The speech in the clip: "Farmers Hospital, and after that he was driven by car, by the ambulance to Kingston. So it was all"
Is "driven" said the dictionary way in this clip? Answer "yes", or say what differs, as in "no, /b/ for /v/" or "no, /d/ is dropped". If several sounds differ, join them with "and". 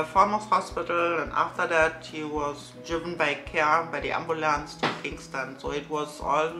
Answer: yes